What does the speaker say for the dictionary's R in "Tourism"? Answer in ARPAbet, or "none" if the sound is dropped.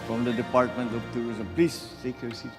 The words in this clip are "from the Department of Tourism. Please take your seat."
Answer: none